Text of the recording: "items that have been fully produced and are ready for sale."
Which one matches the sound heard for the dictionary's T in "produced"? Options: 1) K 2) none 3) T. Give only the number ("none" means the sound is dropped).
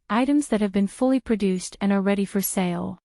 3